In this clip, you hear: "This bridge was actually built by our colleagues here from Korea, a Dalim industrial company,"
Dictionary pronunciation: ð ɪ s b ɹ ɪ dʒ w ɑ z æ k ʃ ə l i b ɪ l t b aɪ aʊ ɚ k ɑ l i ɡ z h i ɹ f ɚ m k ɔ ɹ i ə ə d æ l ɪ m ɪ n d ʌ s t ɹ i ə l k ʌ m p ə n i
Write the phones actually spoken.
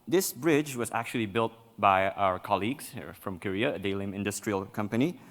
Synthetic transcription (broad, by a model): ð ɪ s b ɹ ɪ dʒ w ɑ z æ k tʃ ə l i b ɪ l t b aɪ aʊ ɚ k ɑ l i ɡ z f ɹ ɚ m k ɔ ɹ i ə ə d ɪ l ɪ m ɪ n d ʌ s t ɹ i ə l k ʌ m p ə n i